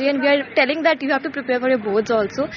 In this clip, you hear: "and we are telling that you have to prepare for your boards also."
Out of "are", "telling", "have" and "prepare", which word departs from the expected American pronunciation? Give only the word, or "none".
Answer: have